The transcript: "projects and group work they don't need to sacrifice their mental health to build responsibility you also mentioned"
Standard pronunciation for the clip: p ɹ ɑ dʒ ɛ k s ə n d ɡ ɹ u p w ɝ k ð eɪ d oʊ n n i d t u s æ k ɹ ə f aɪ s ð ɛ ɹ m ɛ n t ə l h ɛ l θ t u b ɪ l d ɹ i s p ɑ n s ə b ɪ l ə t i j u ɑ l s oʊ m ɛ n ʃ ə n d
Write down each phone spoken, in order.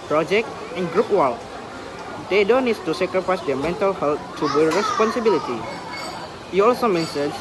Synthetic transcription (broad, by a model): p ɹ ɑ dʒ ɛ k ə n ɡ ɹ u p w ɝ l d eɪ d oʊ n n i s t u s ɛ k ɹ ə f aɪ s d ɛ m ɛ n t ə l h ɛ l t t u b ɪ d ɹ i s p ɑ n s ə b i l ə t i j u ɑ l s oʊ m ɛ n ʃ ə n